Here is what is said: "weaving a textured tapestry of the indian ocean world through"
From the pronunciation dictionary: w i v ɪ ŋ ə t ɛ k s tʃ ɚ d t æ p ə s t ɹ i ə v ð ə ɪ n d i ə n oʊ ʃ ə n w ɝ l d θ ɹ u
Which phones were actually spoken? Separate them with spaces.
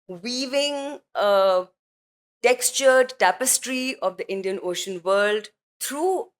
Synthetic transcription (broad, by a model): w i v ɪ ŋ ə t ɛ k s tʃ ɚ d t æ p ə s t ɹ i ə v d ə ɪ n d i ə n oʊ ʃ ə n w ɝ l d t ɹ u